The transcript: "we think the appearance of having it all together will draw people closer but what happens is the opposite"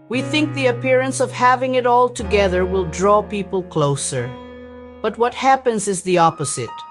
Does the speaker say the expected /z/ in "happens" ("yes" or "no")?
yes